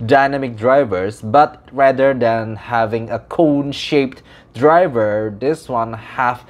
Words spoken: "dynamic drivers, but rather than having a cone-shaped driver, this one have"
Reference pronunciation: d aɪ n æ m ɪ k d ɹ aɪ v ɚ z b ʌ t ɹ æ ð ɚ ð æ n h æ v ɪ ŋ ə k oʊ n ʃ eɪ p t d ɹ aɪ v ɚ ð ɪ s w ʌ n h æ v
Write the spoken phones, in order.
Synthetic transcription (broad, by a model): d aɪ n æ m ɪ k d ɹ aɪ v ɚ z b ʌ t ɹ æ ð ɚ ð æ n h æ v ɪ ŋ ə k oʊ n ʃ eɪ p t d ɹ aɪ v ɚ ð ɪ s w ʌ n h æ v